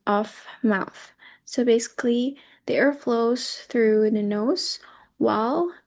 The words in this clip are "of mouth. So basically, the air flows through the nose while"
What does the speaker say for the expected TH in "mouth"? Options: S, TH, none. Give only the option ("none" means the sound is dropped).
TH